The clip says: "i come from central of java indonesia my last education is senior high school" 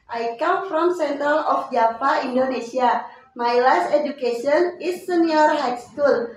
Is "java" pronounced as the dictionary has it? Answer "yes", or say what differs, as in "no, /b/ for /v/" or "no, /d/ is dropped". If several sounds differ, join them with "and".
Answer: no, /p/ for /v/